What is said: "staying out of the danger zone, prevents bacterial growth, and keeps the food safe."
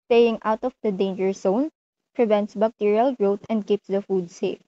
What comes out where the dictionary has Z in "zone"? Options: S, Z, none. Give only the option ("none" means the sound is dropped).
S